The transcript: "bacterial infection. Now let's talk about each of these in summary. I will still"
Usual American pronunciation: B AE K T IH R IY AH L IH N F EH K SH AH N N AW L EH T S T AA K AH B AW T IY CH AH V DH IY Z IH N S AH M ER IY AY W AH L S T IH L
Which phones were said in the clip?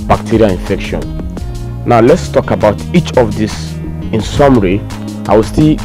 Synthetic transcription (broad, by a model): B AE K T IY R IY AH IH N F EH K SH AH N N AW L EH T S T AA K AH B AW T IY CH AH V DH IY S IH N S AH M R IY AY W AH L S T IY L